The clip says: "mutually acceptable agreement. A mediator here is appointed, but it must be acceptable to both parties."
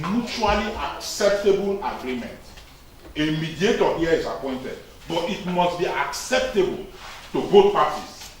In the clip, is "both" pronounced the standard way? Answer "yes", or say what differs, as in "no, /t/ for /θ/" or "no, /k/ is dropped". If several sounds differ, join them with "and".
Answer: no, /t/ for /θ/